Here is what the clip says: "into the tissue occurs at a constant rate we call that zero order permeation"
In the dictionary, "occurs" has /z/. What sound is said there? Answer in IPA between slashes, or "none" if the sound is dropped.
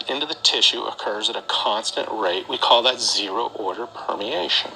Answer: /z/